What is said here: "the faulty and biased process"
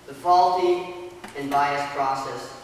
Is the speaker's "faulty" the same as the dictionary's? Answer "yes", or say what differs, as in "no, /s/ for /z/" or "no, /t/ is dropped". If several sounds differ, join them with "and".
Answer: yes